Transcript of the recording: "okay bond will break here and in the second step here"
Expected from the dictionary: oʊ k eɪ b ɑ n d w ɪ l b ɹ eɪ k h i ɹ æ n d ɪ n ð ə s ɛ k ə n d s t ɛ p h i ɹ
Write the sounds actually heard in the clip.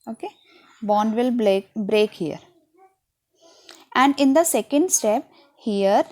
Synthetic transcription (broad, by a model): oʊ k eɪ b ɑ n d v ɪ l b ɹ eɪ k h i ɹ æ n d ɪ n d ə s ɛ k ə n d s t ɛ p h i ɹ